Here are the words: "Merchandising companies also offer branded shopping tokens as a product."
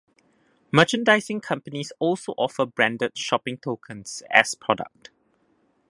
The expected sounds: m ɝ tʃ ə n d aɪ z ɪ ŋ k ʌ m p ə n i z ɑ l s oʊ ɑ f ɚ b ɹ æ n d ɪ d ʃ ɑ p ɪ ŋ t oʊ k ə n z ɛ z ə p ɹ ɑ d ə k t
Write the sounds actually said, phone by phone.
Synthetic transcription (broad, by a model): m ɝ tʃ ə n d aɪ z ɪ ŋ k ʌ m p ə n i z ɑ l s oʊ ɑ f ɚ b ɹ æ n d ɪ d ʃ ɑ p ɪ ŋ t oʊ k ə n s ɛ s p ɹ ɑ d ə k t